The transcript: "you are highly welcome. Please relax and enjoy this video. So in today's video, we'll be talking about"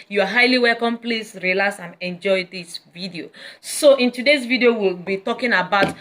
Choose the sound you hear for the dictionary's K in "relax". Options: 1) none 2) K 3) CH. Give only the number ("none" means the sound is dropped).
1